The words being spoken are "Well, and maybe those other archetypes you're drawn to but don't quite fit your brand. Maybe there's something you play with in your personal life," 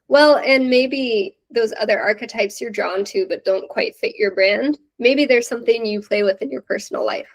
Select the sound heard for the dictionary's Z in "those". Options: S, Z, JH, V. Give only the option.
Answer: Z